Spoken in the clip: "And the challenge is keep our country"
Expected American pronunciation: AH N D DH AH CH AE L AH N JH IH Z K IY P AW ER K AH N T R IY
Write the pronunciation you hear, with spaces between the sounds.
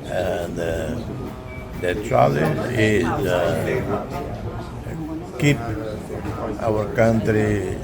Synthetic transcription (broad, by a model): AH N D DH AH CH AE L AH JH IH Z K IY P AW ER K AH N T R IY